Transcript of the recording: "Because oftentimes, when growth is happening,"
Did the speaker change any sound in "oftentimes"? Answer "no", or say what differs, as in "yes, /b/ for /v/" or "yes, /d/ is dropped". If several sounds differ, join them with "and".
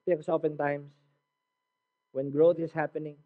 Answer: yes, /s/ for /z/